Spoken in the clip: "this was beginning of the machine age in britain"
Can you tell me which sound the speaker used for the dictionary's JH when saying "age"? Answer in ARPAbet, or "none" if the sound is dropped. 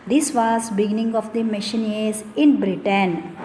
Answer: Z